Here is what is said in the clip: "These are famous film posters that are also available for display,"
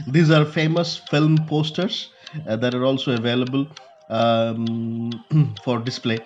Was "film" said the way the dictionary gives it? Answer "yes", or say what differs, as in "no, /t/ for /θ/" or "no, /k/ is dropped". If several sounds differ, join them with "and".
yes